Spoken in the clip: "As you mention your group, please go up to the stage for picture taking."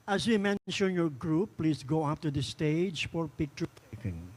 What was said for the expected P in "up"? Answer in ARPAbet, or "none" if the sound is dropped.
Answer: F